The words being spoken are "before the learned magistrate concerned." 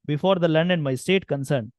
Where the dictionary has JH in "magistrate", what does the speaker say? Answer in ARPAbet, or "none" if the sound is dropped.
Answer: none